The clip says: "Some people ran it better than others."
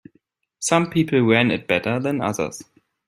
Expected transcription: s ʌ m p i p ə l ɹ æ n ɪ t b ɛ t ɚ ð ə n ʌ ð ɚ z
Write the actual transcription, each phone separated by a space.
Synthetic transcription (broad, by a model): s ʌ m p i p l w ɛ n ɪ t b ɛ t ɚ ð ə n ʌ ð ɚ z